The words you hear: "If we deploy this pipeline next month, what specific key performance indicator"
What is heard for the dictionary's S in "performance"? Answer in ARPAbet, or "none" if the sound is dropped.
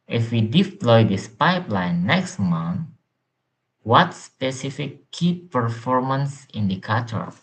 S